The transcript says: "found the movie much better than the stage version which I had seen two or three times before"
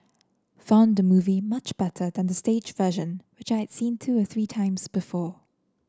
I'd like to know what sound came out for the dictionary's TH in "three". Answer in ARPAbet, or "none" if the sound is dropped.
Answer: TH